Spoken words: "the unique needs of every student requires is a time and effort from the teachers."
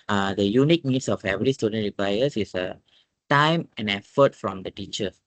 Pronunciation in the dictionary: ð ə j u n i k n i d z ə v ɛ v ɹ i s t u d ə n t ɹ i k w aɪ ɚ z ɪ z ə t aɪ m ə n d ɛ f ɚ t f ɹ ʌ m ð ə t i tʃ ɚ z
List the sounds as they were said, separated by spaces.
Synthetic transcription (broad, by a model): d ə j u n i k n i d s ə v ɛ v ɹ i s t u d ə n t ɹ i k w aɪ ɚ s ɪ s ə t aɪ m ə n ɛ f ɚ t f ɹ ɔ m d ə t i tʃ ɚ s